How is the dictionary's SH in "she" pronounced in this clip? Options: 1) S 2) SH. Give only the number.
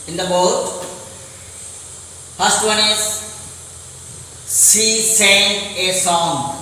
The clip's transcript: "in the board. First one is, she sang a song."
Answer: 1